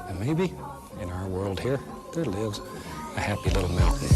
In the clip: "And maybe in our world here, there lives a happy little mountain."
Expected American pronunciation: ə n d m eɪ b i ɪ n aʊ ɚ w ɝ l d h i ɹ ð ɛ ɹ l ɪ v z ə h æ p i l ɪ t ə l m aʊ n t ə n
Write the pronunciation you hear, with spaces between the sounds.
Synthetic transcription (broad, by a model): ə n m eɪ b i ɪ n aʊ ɚ w ɝ l d h i ɹ ð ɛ ɹ l ɪ v z ə h æ p i l ɪ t l m aʊ n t n